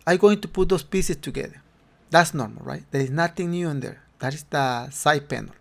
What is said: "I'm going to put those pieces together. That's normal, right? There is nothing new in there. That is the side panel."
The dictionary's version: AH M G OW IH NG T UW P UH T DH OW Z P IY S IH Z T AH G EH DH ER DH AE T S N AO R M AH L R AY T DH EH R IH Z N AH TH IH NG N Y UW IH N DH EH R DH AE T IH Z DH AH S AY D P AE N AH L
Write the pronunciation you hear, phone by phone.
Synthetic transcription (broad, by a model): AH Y G OW IH NG T UW P UH T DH OW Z P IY S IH S T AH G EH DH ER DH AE T S N AO R M AH L R AY T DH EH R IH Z N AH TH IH NG N Y UW IH N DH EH R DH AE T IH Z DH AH S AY P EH N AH L